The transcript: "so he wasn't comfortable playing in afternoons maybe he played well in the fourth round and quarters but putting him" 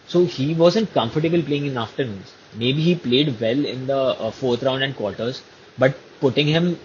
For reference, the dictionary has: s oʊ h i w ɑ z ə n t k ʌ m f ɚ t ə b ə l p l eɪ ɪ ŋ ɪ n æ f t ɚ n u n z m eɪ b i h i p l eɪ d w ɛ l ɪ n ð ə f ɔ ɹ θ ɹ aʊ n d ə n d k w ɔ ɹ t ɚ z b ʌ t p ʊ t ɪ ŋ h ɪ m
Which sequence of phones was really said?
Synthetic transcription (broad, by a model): s oʊ h i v ɑ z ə n t k ʌ m f ɚ t ə b ə l p l eɪ ɪ ŋ ɪ n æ f t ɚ n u n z m eɪ b i h i p l eɪ d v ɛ l ɪ n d ə f ɔ ɹ t ɹ aʊ n d ə n d k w ɔ ɹ t ɚ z b ʌ t p ʊ t ɪ ŋ h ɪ m